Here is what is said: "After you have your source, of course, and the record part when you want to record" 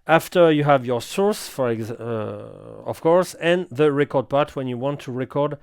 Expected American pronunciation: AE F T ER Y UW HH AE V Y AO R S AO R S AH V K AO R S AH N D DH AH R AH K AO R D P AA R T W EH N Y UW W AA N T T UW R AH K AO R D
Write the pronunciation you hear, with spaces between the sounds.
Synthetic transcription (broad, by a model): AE F T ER Y UW HH AE V Y AO R S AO R S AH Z K AO R S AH N DH AH R AH K AO R D P AA R T W EH N Y UW W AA N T T UW R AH K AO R D